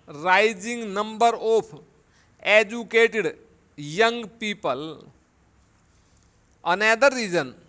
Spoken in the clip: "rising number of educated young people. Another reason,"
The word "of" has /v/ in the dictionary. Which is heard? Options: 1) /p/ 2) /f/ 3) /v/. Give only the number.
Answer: 1